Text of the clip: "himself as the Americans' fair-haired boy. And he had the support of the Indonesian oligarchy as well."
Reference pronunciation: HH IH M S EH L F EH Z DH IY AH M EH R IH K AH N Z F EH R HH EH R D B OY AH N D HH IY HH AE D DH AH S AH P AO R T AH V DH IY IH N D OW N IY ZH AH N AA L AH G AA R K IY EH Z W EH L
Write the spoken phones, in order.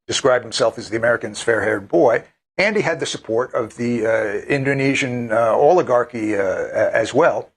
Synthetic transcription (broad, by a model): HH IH M S EH L F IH Z DH IY AH M EH R IH K AH N Z F EH R HH EH R D B OY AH N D IY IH D DH AH S AH P AO R T AH V DH IY IH N D OW N IY ZH AH N AA L AH G AA R K IY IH Z W EH L